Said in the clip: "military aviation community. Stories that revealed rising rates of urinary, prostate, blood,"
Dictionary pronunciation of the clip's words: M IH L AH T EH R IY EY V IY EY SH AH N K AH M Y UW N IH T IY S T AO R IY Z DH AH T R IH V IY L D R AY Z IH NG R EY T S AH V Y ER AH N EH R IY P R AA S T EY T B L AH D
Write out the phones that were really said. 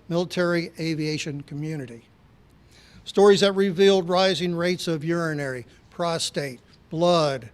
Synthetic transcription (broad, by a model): M IH L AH T EH R IY EY V IY EY SH AH N K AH M Y UW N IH T IY S T AO R IY Z DH AH T R IH V IY L D R AY Z IH NG R EY T S AH V Y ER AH N EH R IY P R AA S T EY T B L AH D